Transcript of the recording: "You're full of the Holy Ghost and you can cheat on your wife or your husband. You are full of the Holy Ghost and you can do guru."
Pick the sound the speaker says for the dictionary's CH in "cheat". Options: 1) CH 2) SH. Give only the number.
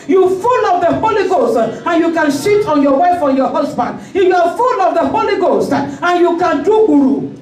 2